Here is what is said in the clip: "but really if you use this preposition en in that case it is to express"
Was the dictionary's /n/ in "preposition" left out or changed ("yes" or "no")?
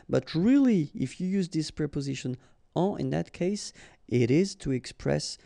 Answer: no